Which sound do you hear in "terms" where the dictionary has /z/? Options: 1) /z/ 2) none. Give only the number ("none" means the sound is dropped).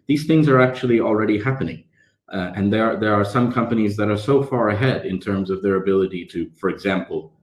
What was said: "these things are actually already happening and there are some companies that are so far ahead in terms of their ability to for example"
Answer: 1